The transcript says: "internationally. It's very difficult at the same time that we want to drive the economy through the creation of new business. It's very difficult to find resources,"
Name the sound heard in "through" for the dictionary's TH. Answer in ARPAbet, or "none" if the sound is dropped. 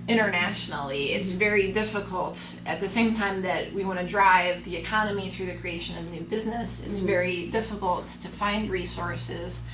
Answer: TH